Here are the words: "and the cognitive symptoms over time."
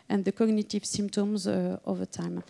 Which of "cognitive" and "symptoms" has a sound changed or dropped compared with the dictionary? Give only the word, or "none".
none